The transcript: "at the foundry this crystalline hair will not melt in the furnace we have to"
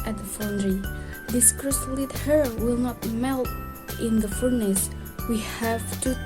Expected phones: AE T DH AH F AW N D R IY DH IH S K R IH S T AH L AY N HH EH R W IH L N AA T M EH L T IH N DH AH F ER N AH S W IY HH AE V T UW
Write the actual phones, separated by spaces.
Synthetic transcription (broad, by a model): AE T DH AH F AW N D R IY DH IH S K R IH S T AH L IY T HH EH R W IH L N AA T M EH L T IH N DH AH F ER N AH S W IY HH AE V T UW